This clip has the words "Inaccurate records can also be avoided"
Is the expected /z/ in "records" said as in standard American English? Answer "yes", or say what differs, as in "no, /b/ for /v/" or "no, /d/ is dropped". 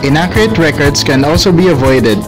no, /s/ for /z/